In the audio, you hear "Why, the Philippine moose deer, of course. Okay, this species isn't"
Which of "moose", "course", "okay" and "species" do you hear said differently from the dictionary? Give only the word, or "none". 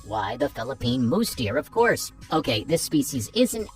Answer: none